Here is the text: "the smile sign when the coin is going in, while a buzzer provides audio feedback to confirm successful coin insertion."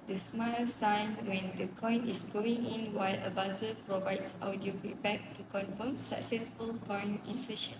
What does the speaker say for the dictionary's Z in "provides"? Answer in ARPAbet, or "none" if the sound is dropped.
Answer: S